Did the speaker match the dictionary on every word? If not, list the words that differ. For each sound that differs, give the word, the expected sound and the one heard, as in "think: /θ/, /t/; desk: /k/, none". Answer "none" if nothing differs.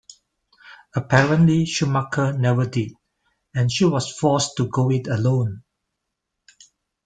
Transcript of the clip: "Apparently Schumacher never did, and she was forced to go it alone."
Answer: was: /z/, /s/